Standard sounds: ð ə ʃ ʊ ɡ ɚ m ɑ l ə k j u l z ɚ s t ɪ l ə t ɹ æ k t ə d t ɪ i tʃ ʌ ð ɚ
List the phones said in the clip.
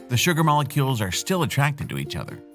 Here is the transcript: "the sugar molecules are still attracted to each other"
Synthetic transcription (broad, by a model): ð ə ʃ ʊ ɡ ɚ m ɑ l ə k j u l z ɚ s t ɪ l ə t ɹ æ k t ə d t ɪ i tʃ ʌ ð ɚ